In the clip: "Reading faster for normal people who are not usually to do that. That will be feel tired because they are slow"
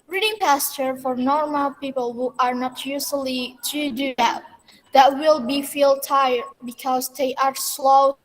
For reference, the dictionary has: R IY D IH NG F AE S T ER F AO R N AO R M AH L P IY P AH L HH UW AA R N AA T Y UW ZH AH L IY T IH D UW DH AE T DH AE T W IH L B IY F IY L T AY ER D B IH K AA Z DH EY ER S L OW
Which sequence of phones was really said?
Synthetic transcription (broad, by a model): R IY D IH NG P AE S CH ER F AO R N AO R M AH L P IY P AH L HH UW AA R N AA T Y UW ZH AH L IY T IH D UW DH AE T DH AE T W IH L B IY F IY L T AY ER D B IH K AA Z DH EY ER S L OW